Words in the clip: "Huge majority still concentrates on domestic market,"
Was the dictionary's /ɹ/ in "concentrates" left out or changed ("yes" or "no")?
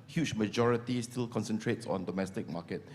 no